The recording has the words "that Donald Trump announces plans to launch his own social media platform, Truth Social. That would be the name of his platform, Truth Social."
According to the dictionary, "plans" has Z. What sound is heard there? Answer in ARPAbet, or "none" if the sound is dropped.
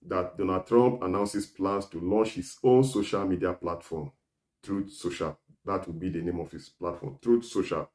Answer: S